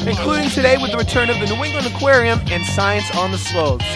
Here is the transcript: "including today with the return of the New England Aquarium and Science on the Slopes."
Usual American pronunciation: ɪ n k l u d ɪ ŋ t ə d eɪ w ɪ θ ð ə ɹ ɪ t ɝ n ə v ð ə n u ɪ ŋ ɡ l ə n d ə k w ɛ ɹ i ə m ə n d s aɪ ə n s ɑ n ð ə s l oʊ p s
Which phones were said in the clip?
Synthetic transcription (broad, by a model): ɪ n k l u d ɪ ŋ t ə d eɪ w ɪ ð ə ɹ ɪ t ɝ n ə v ð ə n u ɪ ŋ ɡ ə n ə k w ɛ ɹ i ə m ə n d s aɪ ə n s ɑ n ð ə s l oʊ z